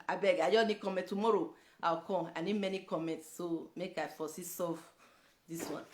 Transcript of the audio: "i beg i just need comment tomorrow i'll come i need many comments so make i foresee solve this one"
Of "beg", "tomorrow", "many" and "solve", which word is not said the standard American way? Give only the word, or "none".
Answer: solve